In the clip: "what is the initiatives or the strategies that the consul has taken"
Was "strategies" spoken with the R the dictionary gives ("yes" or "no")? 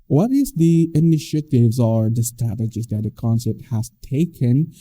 no